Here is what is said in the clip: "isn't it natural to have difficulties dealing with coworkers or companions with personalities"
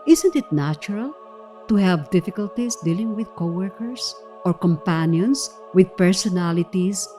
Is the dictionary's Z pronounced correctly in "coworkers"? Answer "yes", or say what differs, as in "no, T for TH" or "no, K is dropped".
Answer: no, S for Z